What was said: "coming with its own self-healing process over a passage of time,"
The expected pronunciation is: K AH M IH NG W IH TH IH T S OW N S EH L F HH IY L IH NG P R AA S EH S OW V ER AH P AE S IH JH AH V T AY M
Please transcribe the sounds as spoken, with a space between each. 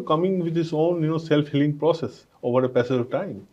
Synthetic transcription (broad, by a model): K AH M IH NG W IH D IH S OW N S EH L F HH IY L IH NG P R AA S EH S OW V ER AH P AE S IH AH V T AY M